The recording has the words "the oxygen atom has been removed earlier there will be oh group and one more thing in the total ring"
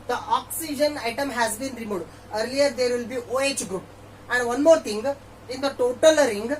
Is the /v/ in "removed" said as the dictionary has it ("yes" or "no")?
no